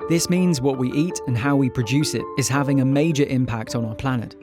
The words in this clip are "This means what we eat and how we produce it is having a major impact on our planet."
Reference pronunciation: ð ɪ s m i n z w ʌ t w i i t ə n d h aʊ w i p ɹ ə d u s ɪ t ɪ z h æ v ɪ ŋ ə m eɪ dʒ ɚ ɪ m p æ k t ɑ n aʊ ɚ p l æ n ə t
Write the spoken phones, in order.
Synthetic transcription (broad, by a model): ð ɪ s m i n z w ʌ t w i i t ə n h aʊ w i p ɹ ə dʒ u s ɪ t ɪ z h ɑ v ɪ ŋ ə m eɪ dʒ ɚ ɪ m p æ k t n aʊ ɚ p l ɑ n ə t